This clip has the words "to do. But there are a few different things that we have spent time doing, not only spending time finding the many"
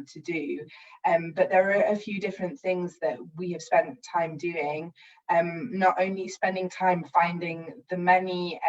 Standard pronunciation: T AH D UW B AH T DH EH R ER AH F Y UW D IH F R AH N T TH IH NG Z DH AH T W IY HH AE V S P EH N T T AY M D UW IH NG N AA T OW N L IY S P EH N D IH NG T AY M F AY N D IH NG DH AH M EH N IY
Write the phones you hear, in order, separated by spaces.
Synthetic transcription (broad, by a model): T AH D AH B AH T DH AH R ER AH F Y UW D IH F R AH N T TH IH NG Z DH AH T W IY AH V S P EH N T T AY M D UW IH NG N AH T OW N L IY S P EH N D IH NG T AY M F AY N D IH NG DH AH M EH N IY